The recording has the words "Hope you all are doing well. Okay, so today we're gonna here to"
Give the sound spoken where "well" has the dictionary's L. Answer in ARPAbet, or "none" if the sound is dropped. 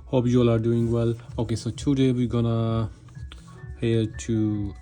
L